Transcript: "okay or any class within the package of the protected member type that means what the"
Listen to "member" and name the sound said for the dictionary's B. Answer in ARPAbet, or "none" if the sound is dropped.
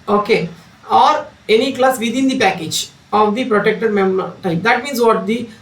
none